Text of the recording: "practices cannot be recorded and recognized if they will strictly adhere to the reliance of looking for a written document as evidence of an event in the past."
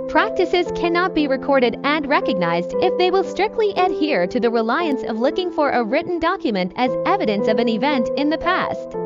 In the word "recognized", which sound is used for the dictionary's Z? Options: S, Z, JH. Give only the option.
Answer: Z